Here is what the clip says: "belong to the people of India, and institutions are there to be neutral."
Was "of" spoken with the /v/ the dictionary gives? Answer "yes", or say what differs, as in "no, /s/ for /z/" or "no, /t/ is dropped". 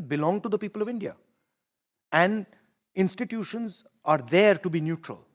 yes